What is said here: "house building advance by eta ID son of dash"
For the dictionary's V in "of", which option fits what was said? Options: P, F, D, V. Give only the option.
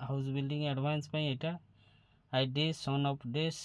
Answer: P